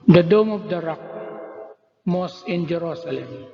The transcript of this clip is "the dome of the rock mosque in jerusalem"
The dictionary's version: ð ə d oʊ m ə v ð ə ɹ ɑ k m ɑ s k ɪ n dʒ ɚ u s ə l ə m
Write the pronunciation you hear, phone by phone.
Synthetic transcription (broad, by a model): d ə d oʊ m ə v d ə ɹ ɑ k m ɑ s ɪ n dʒ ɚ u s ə l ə m